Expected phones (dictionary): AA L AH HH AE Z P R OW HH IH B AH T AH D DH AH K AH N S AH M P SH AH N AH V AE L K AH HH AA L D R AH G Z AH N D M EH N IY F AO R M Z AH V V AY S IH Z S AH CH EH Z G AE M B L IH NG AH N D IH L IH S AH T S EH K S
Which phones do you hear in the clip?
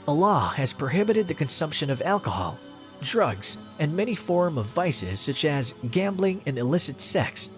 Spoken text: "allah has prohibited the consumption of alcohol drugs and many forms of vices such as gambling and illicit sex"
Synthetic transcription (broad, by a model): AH L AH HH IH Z P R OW HH IH B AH T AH D DH AH K AH N S AH M P SH AH N AH V AE L K AH HH AA L D R AH G Z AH N M EH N IY F AO R M AH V V AY S IH Z S AH CH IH Z G AE M B L IH NG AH N IH L IH S AH T S EH K S